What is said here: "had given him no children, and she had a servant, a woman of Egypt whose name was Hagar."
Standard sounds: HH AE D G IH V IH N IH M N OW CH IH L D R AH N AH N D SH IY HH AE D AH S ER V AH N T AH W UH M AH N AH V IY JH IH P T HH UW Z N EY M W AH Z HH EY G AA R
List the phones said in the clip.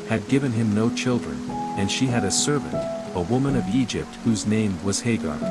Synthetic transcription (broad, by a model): HH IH D G IH V IH N IH M N OW CH IH L D R AH N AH N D SH IY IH D AH S ER V AH N T AH W UH M AH N AH V IY JH IH P T HH UW Z N EY M W AH Z HH EY G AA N